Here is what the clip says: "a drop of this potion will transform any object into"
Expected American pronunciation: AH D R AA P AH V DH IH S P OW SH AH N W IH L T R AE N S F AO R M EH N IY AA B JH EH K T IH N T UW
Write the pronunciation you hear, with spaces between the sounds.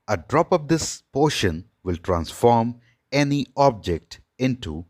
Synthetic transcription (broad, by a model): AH D R AA P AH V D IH S P OW SH AH N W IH L T R AE N S F AO R M EH N IY AA B JH EH K T IH N T UW